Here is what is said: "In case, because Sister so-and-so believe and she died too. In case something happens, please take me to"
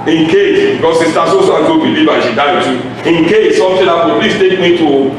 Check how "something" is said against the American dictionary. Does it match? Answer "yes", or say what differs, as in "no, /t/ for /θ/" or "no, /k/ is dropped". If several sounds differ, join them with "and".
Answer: no, /t/ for /θ/